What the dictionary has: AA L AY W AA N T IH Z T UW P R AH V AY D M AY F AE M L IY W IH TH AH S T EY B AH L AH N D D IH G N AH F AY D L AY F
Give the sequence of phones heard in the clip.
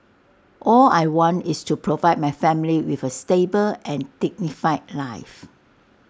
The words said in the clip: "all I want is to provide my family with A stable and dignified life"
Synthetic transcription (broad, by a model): AA L AY W AA N T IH S T UW P R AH V AY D M AY F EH M L IY W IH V AH S T EY B AH L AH N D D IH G N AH F AY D L AY F